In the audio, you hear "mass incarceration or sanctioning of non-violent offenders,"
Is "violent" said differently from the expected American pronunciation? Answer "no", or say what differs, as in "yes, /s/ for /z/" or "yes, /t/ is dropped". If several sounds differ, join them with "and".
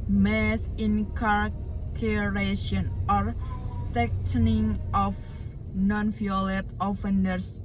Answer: yes, /n/ is dropped